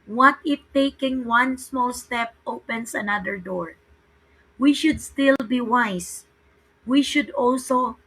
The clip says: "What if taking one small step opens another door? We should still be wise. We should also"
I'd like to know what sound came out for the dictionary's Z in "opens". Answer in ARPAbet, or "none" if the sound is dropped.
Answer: S